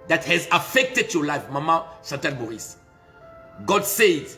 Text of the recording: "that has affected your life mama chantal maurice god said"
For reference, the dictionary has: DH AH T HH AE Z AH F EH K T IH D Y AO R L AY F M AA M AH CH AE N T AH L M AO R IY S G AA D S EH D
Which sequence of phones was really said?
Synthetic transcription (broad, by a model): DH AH T HH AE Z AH F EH K T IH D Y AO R L AY F M AA M AH S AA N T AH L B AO IY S G AA D S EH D